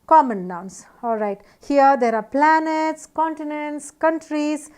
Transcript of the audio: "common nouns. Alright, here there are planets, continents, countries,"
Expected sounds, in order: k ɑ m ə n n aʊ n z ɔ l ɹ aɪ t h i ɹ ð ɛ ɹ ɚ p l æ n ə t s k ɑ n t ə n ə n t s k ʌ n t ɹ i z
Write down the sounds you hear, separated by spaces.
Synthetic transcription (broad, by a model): k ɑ m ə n n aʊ n s ɔ l ɹ aɪ t h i ɹ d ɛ ɹ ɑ p l æ n ə t s k ɑ n t ə n ə n t s k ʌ n t ɹ i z